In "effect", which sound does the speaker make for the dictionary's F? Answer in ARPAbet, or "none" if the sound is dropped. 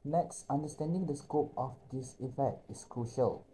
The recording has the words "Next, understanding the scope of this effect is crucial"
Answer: F